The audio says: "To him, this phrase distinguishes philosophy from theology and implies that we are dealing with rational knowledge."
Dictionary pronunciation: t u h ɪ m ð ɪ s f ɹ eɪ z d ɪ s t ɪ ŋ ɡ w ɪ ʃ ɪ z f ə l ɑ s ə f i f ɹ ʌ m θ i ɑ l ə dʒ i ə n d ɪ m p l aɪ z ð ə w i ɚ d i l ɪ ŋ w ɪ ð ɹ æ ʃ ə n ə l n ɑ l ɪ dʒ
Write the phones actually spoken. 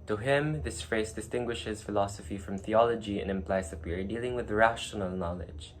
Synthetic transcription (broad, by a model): t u h ɪ m ð ɪ s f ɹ eɪ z d ɪ s t ɪ ŋ ɡ w ɪ ʃ ɪ z f ə l ɑ s ə f i f ɹ ʌ m θ i ɑ l ə dʒ i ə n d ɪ m p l aɪ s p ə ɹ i d i l ɪ ŋ w ɪ ð ɹ æ ʃ ə n ə l n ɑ l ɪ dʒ